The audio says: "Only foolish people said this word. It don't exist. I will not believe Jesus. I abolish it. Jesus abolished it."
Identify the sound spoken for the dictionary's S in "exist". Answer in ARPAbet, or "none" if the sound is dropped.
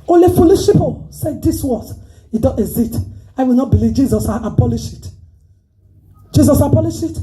none